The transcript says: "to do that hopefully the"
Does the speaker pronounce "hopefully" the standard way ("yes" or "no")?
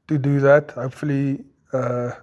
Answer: yes